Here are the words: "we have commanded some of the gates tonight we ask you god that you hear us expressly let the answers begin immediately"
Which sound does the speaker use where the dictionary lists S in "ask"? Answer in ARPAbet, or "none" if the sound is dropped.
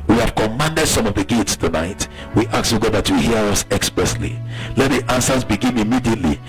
none